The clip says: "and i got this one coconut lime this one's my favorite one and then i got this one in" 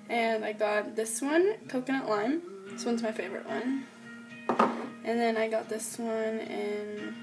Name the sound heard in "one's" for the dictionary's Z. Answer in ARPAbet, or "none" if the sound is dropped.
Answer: Z